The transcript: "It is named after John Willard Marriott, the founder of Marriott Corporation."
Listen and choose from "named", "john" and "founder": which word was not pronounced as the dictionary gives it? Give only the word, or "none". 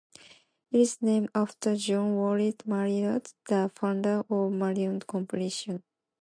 named